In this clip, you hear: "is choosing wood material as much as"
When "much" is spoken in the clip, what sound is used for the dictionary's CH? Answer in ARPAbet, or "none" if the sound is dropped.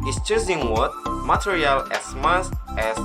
S